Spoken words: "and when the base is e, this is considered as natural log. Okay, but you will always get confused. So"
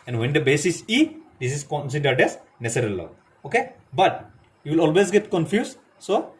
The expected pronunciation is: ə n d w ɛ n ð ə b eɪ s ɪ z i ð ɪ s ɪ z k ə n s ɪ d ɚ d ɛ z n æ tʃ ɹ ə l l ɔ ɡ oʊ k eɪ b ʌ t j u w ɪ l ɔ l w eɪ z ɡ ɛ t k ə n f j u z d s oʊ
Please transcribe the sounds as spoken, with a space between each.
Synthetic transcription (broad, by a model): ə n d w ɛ n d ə b eɪ s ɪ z i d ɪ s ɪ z k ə n s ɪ d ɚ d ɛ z n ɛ s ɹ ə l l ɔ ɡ oʊ k eɪ b ʌ t j u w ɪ l ɔ l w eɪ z ɡ ɛ t k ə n f j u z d s oʊ